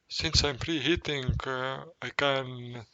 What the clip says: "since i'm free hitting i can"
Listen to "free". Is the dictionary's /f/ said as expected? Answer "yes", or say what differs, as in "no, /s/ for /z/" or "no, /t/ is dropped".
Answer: no, /p/ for /f/